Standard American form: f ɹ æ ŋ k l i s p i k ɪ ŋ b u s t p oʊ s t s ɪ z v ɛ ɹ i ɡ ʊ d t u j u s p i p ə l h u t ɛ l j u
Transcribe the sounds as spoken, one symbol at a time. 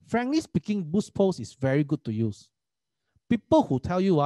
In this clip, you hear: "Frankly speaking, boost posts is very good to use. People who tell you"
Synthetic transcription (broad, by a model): f ɹ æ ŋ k l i s p i k ɪ ŋ b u s p oʊ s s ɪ s v ɛ ɹ i ɡ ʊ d t u j u s p i p ə l h u t ɛ l j u